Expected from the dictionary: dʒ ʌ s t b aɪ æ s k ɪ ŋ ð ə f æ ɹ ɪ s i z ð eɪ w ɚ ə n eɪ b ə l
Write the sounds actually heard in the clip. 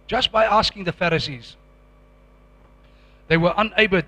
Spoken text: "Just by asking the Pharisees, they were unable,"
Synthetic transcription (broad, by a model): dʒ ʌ s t b aɪ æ s k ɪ ŋ ð ə f æ ɹ ɪ s i z ð eɪ w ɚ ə n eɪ b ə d